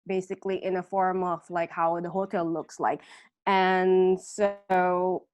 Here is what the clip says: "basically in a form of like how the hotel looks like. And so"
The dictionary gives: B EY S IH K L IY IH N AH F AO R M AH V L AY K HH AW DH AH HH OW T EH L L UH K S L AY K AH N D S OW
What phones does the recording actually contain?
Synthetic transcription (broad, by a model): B EY S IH K L IY IH N AH F AO R M AH V L AY K HH AW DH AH HH OW T EH L L UH K S L AY K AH N S OW